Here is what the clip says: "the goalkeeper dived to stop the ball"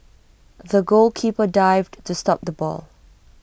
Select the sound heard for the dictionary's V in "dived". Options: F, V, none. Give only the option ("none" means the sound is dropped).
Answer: V